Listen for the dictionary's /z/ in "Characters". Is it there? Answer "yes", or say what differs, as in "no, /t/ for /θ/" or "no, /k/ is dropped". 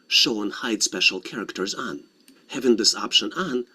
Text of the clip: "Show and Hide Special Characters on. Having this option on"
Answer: yes